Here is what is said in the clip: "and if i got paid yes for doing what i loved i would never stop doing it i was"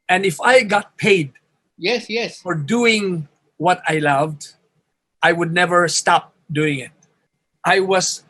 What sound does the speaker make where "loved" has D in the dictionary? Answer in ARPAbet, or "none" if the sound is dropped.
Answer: D